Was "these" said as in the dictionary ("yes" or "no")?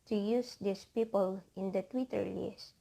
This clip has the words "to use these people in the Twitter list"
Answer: no